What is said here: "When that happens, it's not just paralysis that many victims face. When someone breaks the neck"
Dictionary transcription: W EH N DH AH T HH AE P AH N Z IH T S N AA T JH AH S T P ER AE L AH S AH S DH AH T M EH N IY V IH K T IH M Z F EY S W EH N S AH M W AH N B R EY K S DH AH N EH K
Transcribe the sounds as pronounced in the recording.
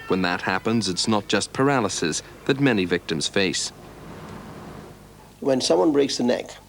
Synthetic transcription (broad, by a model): W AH N DH AH T HH AE P AH N Z IH T S N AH T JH AH S P ER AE L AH S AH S DH AH T M EH N IY V IH K T IH M Z F EY S W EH N S AH M W AH N B R EY K S DH AH N EH K